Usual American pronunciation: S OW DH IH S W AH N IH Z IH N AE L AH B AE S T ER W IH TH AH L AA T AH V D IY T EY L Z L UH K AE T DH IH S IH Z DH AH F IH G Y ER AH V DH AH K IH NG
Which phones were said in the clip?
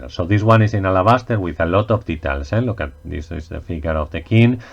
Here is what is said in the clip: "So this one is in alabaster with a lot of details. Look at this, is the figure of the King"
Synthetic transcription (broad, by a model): S OW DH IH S W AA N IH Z IH N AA L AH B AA S T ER W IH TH AH L AA T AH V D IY T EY L S L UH K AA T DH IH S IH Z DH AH F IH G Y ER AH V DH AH K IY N